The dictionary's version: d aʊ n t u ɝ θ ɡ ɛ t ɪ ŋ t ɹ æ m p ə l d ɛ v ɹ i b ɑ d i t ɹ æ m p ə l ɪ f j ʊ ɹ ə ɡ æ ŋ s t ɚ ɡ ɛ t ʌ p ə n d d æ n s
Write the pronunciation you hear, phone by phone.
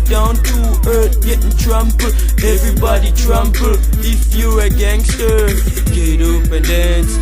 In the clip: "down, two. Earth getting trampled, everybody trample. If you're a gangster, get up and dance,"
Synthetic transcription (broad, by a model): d aʊ n t u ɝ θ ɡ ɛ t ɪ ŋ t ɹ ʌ m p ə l ɛ v ɹ i b ɑ d i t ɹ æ m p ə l ɪ f j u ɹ ə ɡ æ ŋ s t ɚ ɡ ɛ t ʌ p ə n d d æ n s